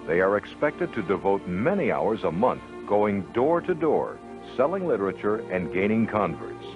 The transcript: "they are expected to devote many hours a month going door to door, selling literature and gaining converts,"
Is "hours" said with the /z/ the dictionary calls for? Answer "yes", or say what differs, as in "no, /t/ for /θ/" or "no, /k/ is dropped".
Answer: yes